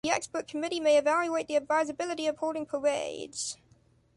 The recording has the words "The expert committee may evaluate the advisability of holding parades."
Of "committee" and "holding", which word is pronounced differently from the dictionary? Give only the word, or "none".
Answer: holding